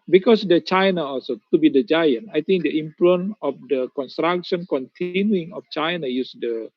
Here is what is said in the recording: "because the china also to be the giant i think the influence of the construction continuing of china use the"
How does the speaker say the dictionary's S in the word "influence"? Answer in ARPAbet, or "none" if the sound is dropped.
none